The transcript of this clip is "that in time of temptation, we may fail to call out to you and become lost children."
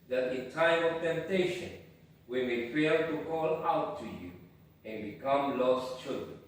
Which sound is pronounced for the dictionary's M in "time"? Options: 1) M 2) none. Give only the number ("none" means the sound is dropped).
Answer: 2